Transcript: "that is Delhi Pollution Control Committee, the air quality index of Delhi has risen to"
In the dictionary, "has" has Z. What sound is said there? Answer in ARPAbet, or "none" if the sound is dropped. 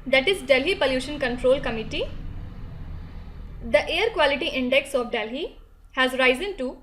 Z